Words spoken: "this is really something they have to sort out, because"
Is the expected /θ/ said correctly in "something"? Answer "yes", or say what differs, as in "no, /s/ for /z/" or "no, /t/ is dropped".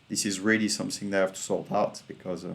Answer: yes